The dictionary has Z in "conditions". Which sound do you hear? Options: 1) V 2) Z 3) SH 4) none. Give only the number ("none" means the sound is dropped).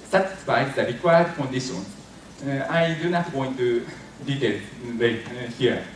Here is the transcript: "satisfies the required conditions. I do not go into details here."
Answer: 4